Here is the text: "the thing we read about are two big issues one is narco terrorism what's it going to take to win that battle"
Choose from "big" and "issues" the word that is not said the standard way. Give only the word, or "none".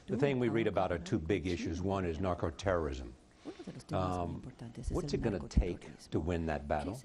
none